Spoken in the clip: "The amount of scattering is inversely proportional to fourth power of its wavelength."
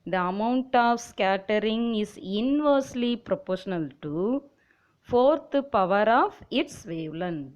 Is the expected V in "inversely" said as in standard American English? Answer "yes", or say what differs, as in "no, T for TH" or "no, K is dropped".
yes